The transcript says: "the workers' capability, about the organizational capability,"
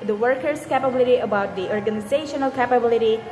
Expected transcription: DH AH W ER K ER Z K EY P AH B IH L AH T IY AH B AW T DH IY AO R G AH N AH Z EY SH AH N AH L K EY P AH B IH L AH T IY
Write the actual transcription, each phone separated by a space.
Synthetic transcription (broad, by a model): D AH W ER K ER S K EY P AH B IH L AH T IY AH B AW T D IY AO R G AH N AH Z EY SH AH N AH L K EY P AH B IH L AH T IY